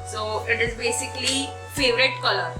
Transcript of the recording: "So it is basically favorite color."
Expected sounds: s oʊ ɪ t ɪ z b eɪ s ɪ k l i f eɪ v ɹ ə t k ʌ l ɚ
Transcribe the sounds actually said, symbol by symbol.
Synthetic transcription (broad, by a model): s oʊ ɪ t ɪ z b eɪ s ɪ k l i f eɪ v ɹ ə t k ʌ l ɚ